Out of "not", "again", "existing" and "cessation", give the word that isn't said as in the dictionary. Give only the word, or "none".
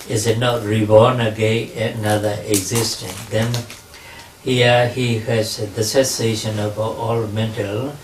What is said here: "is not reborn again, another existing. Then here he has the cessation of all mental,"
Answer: again